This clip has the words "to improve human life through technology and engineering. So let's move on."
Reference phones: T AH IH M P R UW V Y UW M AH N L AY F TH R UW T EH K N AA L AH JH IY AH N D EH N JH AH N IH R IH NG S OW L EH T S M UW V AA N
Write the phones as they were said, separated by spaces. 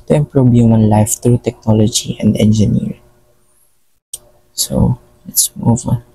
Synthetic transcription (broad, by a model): T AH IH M P R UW B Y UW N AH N L AY F T R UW T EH K N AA L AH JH IY AH N D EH N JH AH N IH R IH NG S OW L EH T S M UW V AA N